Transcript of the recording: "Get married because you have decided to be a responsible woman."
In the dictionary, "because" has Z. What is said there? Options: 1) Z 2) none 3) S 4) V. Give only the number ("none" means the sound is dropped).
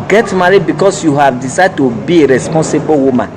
3